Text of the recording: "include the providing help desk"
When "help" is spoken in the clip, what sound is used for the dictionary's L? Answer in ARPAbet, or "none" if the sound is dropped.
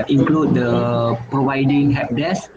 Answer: none